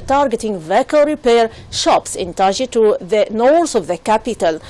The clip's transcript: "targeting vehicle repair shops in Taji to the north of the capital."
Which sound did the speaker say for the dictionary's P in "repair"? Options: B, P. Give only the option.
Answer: P